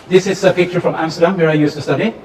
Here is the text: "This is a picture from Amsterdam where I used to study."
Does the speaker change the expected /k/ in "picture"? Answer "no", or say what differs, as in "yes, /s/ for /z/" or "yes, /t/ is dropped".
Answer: no